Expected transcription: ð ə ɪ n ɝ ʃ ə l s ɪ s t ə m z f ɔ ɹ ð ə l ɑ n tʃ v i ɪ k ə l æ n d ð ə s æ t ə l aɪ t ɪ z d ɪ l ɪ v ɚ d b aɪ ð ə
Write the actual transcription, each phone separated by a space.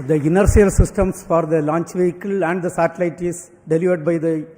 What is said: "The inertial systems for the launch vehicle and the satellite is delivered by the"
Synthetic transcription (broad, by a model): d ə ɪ n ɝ s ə l s ɪ s t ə m s f ɔ ɹ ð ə l ɑ n tʃ v i ɪ k ə l æ n d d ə s æ t ə l aɪ t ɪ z d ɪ l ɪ v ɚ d b aɪ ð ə